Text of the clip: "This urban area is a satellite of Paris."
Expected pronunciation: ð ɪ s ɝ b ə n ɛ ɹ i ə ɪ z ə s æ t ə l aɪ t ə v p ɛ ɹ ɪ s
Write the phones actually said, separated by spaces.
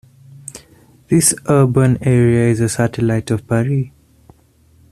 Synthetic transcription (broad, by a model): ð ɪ s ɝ b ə n ɛ ɹ i ə ɪ z ə s æ t ə l aɪ t ə v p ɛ ɹ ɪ